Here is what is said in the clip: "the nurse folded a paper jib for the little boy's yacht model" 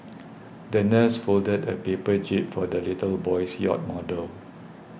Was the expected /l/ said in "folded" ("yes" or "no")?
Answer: yes